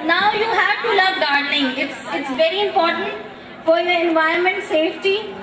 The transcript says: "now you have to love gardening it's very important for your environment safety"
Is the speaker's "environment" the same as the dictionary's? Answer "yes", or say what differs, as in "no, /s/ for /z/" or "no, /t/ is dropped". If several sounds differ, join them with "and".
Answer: no, /ɹ/ is dropped